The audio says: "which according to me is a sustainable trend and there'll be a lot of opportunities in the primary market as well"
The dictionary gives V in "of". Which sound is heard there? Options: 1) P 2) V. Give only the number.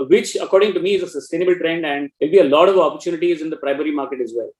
2